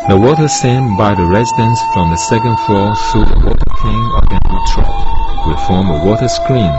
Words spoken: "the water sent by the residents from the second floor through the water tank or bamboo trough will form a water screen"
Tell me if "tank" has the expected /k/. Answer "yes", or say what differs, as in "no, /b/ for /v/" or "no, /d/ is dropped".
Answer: no, /k/ is dropped